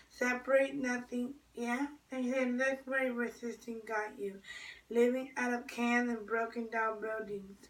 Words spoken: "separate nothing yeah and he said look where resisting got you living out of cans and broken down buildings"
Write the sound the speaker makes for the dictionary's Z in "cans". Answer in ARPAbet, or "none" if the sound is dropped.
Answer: none